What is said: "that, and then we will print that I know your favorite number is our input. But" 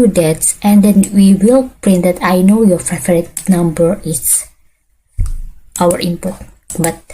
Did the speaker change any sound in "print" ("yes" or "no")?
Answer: no